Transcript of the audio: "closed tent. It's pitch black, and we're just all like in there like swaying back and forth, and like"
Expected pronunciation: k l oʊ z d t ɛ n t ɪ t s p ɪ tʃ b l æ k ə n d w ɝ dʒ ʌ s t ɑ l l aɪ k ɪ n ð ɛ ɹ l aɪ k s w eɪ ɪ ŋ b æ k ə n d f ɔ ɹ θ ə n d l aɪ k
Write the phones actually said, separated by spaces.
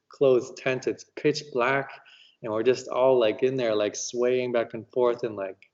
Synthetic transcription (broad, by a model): k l oʊ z t ɛ n t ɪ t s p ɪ tʃ b l æ k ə n w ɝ dʒ ʌ s t ɑ l l aɪ k ɪ n ð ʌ ɹ l aɪ k s w eɪ ɪ ŋ b æ k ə n f ɔ ɹ θ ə n l aɪ k